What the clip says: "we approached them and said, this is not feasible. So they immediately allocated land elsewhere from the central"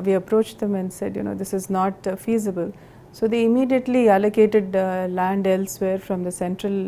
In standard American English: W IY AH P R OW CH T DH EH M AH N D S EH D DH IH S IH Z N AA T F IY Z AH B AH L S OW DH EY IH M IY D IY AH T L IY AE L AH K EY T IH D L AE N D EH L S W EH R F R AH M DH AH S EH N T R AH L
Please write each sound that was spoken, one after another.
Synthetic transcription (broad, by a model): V IY AH P R OW CH T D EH M AH N D S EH D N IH S IH Z N AA T F IY Z AH B AH L S OW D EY IH M IY D IY AH T L IY AE L AH K EY T IH D L AE N D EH L S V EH R F R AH M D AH S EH N T R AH L